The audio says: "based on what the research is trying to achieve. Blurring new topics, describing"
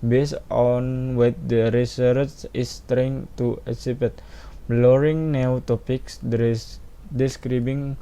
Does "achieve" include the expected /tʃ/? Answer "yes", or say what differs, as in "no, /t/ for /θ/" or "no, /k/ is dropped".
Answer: no, /s/ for /tʃ/